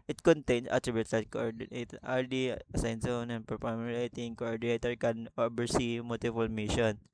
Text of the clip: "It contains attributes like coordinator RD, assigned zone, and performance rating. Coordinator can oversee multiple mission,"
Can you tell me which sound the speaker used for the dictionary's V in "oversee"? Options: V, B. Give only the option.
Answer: B